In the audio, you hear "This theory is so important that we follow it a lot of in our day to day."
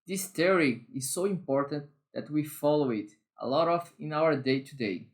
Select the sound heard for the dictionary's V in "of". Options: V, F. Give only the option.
F